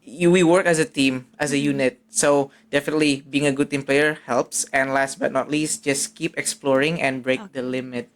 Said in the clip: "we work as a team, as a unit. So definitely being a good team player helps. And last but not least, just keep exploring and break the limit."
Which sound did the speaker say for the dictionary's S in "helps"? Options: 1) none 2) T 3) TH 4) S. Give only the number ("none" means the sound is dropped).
4